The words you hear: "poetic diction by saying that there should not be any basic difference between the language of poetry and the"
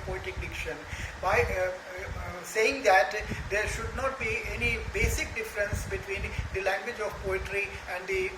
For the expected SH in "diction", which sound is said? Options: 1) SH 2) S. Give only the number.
1